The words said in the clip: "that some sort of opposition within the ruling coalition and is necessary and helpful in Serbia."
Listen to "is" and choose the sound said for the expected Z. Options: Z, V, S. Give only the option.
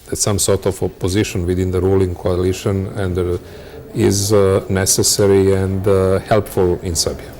Z